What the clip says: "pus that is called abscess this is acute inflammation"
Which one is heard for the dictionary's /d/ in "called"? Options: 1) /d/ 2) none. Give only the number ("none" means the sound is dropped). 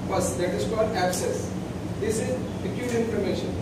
1